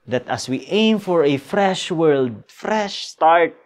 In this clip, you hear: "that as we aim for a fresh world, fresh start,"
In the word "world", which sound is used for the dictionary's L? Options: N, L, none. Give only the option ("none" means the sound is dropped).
L